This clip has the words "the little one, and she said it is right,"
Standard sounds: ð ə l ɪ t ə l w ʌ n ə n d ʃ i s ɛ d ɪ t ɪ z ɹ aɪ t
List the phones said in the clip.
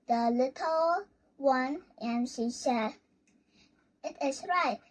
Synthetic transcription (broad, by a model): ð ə l ɪ t ə l w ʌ n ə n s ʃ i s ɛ ɪ t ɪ s ɹ aɪ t